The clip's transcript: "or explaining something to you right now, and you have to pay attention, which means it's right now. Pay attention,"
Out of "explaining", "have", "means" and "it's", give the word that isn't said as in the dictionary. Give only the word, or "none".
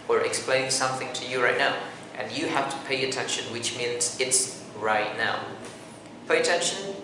have